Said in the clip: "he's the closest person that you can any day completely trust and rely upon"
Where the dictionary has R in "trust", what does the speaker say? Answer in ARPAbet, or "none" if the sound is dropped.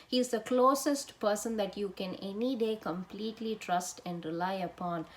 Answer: R